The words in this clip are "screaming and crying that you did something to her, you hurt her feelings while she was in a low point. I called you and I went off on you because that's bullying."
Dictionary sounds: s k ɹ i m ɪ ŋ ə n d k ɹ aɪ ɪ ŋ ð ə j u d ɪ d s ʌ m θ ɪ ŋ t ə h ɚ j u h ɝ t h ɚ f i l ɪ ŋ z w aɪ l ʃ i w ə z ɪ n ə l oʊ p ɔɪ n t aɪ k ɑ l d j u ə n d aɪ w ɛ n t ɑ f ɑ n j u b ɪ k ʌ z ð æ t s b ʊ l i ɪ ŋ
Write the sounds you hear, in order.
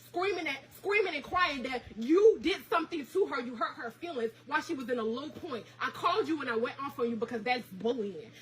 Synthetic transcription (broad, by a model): s k ɹ i m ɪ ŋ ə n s k ɹ aɪ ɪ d ð ə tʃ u d ɪ d s ʌ m θ ɪ ŋ t ə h ɚ j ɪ h ɝ t h ɚ f i l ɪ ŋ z w aɪ l ʃ i w ə z ɪ n ə l oʊ p ɔɪ n t aɪ k ɑ l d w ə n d aɪ w ɛ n t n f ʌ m j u b ɪ k ʌ z ð æ t s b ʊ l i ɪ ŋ